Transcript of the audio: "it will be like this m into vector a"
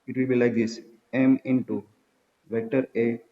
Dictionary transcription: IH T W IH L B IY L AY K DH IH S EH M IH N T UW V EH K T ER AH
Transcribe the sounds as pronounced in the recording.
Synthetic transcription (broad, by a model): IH T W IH L B IY L AY K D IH S EH M IH N T UW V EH T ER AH